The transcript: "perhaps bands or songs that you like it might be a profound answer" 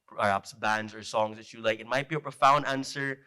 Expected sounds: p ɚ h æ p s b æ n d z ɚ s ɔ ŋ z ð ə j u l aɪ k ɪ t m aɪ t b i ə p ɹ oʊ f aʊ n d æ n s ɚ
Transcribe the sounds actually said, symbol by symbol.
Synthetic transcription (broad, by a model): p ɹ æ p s b æ n d z ɚ s ɔ ŋ z ð ə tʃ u l aɪ k ɪ t m aɪ t b i ə p ɹ oʊ f aʊ n d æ n s ɚ